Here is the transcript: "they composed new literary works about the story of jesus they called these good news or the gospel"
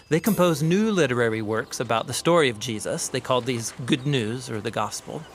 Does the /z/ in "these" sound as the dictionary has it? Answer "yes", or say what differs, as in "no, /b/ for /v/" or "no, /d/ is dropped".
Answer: yes